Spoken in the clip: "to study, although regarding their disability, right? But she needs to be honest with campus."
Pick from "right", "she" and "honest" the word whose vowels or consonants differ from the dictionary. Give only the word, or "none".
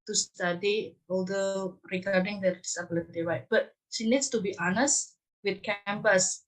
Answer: right